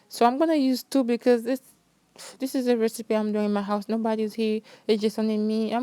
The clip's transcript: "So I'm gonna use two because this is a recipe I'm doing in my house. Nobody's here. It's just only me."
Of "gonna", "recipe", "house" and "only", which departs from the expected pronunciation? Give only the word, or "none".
only